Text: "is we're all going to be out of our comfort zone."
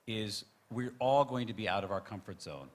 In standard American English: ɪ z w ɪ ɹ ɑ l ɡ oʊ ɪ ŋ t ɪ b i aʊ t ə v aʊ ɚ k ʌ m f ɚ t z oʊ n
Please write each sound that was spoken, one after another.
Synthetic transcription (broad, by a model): ɪ z w ɪ ɹ ɑ l ɡ oʊ ɪ ŋ t ɪ b i aʊ t ə v aʊ ɚ k ʌ m f ɚ t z oʊ n